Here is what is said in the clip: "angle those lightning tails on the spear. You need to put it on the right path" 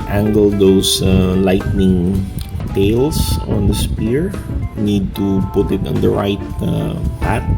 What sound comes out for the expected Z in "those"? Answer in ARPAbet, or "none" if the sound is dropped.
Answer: S